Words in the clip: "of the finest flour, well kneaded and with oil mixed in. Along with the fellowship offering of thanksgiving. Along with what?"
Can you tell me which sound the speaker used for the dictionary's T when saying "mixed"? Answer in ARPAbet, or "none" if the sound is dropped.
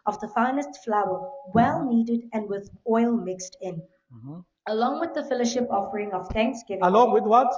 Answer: T